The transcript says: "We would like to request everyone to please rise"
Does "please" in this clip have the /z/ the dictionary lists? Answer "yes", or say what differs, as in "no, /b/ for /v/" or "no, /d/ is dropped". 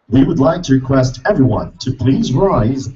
yes